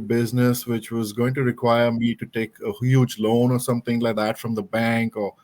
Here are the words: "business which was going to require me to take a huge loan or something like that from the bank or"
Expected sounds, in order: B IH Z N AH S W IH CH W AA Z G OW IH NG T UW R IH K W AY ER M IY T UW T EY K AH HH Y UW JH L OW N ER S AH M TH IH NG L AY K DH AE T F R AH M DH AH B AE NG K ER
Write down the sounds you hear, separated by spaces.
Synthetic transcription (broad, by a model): B IH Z N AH S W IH CH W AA Z G OW IH NG T UW R IH K W AY ER M IY T UW T EY K AH HH Y UW JH L OW N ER S AH M T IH NG L AY K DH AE T F R AH M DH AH B AE NG K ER